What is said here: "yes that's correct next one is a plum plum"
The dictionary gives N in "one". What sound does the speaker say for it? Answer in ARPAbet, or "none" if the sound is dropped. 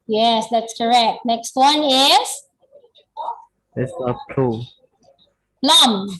N